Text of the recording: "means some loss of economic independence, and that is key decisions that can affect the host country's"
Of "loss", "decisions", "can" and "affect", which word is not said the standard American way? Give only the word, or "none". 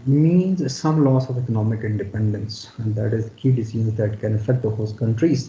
decisions